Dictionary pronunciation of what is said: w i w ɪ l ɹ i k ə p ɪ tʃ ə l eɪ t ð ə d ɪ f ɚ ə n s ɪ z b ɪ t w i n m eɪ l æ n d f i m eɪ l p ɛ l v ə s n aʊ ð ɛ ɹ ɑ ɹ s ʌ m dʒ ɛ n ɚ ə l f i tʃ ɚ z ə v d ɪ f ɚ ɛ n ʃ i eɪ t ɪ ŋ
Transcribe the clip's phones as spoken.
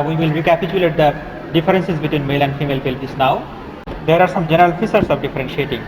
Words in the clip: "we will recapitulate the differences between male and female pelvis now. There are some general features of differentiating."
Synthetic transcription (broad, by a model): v i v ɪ l ɹ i k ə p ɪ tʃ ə l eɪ t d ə d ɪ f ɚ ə n s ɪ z b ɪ t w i n m eɪ l æ n d f i m eɪ l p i l p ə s n aʊ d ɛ ɹ ɑ ɹ s ʌ m dʒ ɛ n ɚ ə l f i s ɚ s ə v d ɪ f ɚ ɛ n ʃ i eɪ t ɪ ŋ